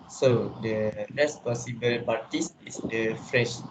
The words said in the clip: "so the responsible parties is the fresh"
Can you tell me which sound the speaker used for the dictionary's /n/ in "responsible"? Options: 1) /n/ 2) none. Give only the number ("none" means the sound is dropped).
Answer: 2